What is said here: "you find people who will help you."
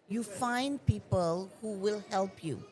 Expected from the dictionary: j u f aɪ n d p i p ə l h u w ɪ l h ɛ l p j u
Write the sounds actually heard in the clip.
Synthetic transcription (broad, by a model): j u f aɪ n d p i p ə l h u w ɪ l h ɛ l p j u